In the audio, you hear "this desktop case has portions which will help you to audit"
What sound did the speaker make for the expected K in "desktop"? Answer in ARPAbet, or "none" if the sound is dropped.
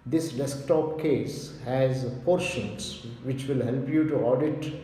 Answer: K